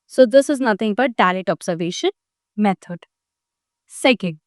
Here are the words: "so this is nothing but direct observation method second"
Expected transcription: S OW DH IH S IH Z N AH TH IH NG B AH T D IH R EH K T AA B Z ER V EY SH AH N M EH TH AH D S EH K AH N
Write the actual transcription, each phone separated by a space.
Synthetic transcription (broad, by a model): S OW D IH S IH Z N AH T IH NG B AH T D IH L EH T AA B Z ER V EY SH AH N M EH T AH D S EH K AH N